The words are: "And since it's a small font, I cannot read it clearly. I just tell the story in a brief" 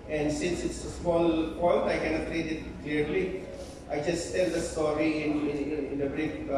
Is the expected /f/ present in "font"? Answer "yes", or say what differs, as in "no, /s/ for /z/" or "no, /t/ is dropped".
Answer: no, /p/ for /f/